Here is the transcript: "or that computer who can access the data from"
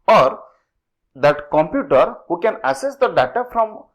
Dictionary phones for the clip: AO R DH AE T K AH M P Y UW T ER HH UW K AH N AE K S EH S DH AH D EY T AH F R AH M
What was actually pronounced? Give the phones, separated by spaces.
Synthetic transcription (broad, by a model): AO R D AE T K AH M P Y UW T ER HH UW K AH N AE S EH S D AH D EY T AH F R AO M